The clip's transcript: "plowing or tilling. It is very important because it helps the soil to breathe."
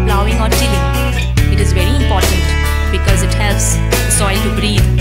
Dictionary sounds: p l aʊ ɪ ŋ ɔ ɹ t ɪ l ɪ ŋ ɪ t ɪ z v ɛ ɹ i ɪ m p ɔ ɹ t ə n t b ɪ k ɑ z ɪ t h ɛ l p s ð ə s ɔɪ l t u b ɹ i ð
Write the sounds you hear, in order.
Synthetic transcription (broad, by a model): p l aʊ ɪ ŋ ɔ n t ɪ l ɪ ɪ t ɪ z v ɛ ɹ i ɪ m p ɔ ɹ t ə n t b ɪ k ɑ z ɪ t h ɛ l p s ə s ɔɪ l t u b ɹ i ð